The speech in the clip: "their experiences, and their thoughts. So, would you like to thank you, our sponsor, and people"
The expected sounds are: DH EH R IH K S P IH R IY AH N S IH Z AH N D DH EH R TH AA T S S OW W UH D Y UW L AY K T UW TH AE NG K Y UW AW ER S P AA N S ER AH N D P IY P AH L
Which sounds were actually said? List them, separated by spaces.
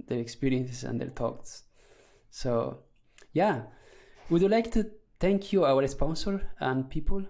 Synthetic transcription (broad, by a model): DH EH R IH K S P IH R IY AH N S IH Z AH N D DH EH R T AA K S S OW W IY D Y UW L AY K T UW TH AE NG K Y UW AW ER S P AA N S ER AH N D P IY P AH L